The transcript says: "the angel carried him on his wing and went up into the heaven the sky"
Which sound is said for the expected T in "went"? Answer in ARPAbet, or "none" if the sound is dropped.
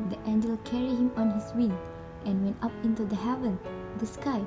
T